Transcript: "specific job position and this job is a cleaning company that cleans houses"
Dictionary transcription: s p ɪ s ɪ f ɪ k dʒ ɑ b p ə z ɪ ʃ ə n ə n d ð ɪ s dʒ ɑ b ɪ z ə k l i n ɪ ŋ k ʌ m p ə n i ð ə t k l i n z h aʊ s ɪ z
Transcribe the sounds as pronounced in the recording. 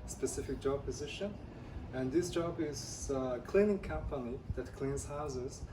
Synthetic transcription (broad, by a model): s p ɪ s ɪ f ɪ k dʒ ɑ b p ə z ɪ ʃ ə n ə n ð ɪ s dʒ ɑ b ɪ z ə k l i n ɪ ŋ k ʌ m p ə n i ð ə t k l i n z h aʊ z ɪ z